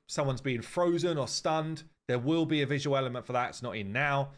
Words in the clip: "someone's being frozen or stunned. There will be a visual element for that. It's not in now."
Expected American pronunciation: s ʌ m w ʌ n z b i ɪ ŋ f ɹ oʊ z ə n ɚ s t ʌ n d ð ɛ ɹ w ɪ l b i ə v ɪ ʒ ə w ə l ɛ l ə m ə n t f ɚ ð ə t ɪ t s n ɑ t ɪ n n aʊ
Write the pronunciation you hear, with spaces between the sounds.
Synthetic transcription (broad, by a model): s ʌ m w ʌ n z b i ɪ ŋ f ɹ oʊ z ə n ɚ s t ʌ n d ð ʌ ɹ w ɪ l b i ə v ɪ ʒ ə w ə l ɛ l ə m ə n t f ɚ ð ə t ɪ t s n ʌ t ɪ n n aʊ